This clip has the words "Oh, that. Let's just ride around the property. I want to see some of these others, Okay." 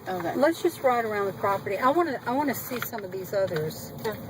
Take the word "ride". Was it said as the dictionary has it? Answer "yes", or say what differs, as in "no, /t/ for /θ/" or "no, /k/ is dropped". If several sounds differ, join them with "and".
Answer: yes